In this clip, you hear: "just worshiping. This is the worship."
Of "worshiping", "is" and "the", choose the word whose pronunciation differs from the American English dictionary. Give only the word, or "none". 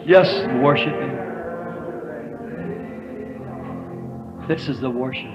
none